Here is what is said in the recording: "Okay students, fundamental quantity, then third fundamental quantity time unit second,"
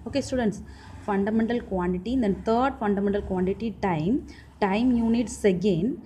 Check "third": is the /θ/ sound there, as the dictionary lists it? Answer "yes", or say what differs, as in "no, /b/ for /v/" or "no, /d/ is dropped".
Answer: no, /t/ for /θ/